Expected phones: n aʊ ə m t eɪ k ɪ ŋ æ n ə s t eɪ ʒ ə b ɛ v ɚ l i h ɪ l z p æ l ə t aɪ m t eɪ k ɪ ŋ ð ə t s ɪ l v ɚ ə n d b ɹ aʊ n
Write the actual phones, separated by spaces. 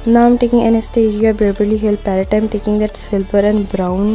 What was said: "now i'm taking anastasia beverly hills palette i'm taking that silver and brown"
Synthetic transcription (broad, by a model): n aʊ ə m t eɪ k ɪ ŋ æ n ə s t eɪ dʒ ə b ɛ b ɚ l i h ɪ l p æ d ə t aɪ m t eɪ k ɪ ŋ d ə t s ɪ l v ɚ ə n d b ɹ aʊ n